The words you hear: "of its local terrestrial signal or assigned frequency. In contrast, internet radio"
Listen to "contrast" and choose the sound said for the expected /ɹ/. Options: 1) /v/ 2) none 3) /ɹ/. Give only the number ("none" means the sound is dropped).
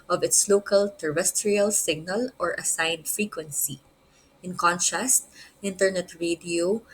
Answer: 2